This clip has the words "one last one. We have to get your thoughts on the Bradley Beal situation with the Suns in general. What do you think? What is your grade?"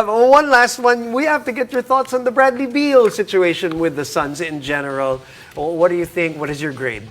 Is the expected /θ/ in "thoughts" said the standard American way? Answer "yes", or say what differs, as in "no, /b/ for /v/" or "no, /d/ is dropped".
yes